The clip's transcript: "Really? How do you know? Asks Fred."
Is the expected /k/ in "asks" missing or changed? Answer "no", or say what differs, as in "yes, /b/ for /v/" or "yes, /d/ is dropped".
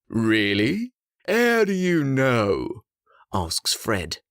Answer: no